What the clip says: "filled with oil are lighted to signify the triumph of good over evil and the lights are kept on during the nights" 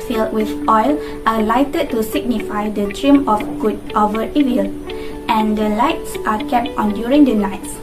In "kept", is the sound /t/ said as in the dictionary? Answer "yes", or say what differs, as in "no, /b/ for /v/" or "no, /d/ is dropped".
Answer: yes